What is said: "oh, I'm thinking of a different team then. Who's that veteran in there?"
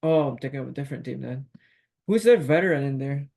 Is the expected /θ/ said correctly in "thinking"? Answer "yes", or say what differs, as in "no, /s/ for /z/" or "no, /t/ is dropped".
no, /t/ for /θ/